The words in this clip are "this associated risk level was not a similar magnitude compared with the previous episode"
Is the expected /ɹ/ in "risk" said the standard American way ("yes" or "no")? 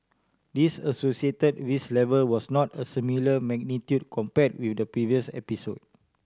no